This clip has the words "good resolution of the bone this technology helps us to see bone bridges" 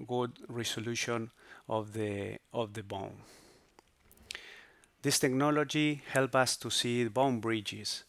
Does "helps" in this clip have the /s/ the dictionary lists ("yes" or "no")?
no